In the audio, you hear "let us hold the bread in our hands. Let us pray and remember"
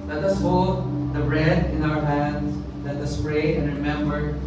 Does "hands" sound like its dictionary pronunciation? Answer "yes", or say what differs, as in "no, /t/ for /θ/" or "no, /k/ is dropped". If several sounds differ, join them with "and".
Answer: no, /s/ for /z/